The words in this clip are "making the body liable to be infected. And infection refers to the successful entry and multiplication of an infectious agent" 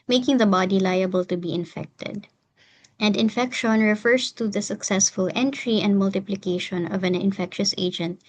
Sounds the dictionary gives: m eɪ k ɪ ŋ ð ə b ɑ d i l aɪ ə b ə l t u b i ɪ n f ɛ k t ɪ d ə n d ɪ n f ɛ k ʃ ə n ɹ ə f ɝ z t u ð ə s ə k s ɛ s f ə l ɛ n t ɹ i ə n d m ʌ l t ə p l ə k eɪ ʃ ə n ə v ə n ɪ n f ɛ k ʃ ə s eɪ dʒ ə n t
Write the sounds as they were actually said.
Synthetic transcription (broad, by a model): m eɪ k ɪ ŋ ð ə b ɑ d i l aɪ ə b ə l t u b i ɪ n f ɛ k t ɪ d ə n d ɪ n f ɛ k ʃ ə n ɹ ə f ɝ s t u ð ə s ə k s ɛ s f ə l ɛ n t ɹ i ə n d m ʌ l t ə p l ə k eɪ ʃ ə n ə v ə n ɪ n f ɛ k ʃ ə s eɪ dʒ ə n t